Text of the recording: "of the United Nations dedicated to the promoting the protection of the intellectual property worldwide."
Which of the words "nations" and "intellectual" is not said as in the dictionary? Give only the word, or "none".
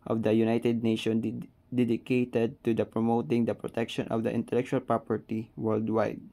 nations